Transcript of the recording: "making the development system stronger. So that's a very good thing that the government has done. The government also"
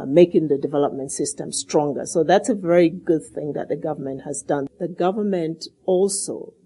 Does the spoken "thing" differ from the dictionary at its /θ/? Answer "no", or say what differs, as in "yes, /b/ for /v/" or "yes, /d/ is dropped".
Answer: no